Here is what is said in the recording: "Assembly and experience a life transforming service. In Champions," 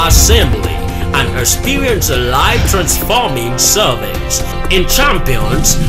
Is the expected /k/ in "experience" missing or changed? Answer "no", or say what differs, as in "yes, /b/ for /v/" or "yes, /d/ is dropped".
yes, /k/ is dropped